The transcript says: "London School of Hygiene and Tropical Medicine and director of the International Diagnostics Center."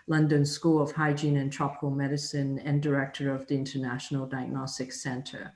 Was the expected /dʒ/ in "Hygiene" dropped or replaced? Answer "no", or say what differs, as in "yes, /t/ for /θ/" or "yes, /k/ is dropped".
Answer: no